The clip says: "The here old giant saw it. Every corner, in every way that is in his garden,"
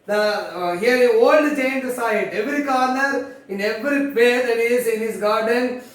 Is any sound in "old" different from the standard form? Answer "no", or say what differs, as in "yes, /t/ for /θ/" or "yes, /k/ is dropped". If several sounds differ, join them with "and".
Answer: no